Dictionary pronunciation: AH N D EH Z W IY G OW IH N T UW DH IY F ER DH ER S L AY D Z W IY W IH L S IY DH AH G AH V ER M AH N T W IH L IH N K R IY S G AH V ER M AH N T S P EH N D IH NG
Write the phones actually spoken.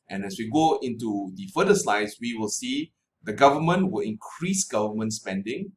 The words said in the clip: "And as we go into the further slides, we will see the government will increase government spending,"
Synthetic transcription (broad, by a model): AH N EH S W IY G OW IH N T UW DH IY F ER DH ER S L AY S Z W IY W IH L S IY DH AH G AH V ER M AH N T W IH L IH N K R IY S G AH V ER M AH N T S P EH N D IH NG